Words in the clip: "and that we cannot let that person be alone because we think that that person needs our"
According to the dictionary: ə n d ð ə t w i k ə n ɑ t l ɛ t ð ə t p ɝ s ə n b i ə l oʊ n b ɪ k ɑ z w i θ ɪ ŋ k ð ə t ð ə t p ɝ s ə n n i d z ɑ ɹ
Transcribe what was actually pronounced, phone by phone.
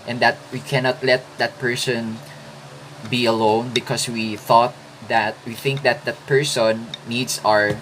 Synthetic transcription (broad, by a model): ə n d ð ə t w i k ə n ɑ t l ɛ t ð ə t p ɝ s ə n b i ə l oʊ n b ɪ k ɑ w w i θ ɪ ŋ k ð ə t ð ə t p ɝ s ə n n i d s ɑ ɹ